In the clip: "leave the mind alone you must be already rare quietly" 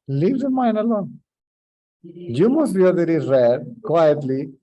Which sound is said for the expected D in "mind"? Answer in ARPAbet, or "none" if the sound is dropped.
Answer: none